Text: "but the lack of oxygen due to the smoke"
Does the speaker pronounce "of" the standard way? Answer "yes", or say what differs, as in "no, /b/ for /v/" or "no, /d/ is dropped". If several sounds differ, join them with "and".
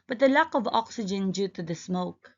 yes